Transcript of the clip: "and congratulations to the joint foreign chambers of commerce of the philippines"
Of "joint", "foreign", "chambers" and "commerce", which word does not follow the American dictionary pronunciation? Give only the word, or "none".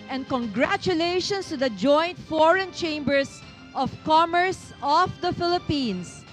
chambers